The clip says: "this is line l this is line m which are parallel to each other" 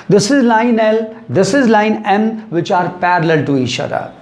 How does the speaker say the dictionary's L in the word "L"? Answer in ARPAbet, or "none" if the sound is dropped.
L